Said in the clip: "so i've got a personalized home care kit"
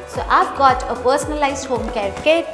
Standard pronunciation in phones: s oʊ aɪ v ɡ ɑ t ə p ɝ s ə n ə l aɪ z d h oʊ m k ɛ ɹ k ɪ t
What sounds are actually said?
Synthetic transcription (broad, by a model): s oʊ aɪ p ɡ ɑ t ə p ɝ s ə n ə l aɪ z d h oʊ m k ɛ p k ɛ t